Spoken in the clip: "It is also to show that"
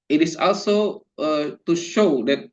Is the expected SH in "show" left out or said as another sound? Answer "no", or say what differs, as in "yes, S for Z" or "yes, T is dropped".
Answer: no